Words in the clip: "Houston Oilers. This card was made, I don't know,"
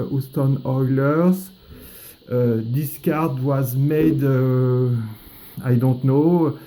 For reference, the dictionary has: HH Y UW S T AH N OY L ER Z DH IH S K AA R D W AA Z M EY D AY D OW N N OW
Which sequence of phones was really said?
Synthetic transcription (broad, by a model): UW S T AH N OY L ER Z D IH S K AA R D W AA Z M EY D AY D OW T N OW